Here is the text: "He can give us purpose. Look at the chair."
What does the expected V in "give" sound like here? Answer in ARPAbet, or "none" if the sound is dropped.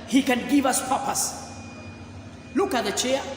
V